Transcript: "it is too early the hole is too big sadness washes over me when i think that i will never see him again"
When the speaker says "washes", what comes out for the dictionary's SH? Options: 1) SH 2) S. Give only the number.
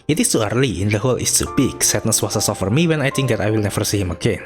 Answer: 2